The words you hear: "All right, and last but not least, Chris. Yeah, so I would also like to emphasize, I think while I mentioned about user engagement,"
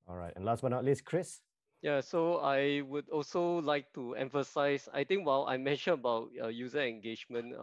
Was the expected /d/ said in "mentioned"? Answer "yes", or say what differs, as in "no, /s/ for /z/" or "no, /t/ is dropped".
no, /d/ is dropped